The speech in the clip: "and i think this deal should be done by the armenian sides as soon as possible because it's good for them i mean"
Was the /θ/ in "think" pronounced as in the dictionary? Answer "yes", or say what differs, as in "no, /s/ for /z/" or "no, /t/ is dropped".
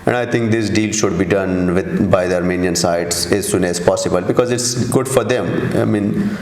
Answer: no, /t/ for /θ/